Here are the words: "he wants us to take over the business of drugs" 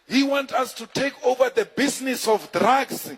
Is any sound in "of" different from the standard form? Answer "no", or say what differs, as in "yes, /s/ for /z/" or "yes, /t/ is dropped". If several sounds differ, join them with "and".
yes, /f/ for /v/